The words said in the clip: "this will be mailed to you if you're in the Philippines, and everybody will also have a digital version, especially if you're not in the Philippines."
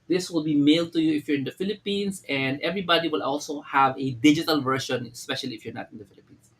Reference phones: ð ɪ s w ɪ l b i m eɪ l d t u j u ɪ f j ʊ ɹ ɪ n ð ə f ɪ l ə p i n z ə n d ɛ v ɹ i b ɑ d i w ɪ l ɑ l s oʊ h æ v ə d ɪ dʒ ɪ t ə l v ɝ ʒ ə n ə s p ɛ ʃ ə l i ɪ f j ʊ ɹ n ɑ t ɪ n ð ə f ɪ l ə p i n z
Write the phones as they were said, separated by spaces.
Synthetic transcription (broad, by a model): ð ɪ s w ɪ l b i m eɪ l d t u j u ɪ f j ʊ ɹ ɪ n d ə f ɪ l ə p i n s ə n d ɛ v ɹ i b ɑ d i w ɪ l ɑ l s oʊ h æ v ə d ɪ dʒ ɪ t ə l v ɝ ʃ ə n ə s p ɛ ʃ ə l i ɪ f j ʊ ɹ n ɑ t ɪ n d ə f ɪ l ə p i n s